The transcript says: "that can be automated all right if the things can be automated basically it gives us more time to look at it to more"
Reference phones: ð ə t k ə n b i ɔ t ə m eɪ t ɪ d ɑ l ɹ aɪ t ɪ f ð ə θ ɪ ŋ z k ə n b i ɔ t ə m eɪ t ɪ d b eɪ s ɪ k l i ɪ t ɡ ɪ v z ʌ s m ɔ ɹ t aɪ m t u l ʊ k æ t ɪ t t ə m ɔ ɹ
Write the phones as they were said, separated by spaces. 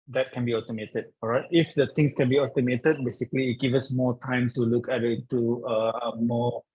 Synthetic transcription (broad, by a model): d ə t k ə n b i ɔ t ə m eɪ t ɪ d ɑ ɹ aɪ t ɪ f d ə t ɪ ŋ s k ə n b i ɔ t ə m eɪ t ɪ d b eɪ s ɪ k l i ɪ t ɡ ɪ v ʌ s m ɔ t aɪ m t u l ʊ k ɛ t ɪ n t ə m ɔ